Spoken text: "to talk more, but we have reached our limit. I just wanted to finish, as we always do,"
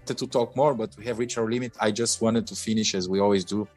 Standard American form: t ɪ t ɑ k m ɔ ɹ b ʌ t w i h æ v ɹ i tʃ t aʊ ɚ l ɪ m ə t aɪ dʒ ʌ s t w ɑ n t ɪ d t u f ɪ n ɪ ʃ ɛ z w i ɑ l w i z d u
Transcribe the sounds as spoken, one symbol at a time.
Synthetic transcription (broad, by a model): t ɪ t ɑ k m ɔ ɹ b ʌ t w i h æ v ɹ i tʃ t aʊ ɚ l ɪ m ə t aɪ dʒ ʌ s t w ɑ n t ɪ d t u f ɪ n ɪ ʃ ɛ z w i ɑ l w i z d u